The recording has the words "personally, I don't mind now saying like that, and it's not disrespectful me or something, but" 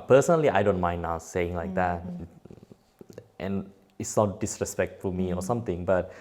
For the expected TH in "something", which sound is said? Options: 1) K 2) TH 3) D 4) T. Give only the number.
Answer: 4